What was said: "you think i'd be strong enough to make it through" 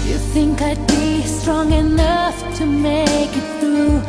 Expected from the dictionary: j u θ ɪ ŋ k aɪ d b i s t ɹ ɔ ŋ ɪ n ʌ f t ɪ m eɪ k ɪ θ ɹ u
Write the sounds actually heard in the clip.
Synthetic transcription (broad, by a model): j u θ ɪ ŋ k aɪ d b i s t ɹ ɔ ŋ ɪ n ʌ f t ɪ m eɪ k ɪ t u